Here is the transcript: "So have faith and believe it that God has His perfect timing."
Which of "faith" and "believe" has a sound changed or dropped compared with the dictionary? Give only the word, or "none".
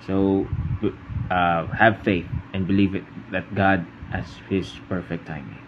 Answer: none